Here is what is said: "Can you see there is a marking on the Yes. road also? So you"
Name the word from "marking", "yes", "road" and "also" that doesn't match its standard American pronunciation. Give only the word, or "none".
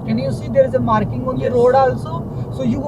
yes